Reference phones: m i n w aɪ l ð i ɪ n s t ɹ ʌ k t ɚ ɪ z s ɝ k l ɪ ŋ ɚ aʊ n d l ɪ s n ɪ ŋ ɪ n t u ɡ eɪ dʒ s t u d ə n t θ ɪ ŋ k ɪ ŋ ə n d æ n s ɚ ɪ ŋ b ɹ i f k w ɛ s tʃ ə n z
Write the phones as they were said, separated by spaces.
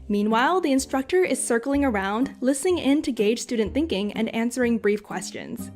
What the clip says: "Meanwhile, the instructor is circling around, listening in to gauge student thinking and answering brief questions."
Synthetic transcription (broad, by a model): m i n w aɪ l ð i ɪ n s t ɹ ʌ k t ɚ ɪ z s ɝ k l ɪ ŋ ɚ aʊ n d l ɪ s n ɪ ŋ ɪ n t u ɡ eɪ dʒ s t u d n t θ ɪ ŋ k ɪ ŋ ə n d æ n s ɚ ɪ ŋ b ɹ i f k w ɛ s tʃ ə n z